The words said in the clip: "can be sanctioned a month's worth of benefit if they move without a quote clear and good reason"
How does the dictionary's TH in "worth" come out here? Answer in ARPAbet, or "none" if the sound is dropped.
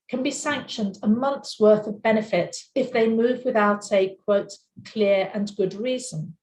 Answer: TH